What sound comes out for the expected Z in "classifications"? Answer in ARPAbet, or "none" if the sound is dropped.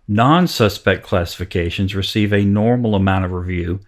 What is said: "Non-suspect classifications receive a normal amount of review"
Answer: Z